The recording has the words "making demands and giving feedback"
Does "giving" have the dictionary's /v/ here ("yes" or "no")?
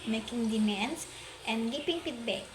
no